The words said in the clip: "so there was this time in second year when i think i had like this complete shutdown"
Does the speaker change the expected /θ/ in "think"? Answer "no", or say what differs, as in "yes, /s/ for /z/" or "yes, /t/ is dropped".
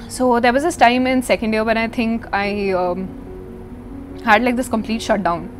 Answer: yes, /t/ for /θ/